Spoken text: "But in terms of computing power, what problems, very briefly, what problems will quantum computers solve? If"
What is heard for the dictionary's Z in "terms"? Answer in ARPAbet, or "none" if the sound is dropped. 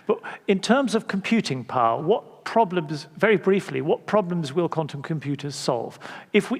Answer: Z